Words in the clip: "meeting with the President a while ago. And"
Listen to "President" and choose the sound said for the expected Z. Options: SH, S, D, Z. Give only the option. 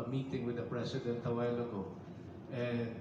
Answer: S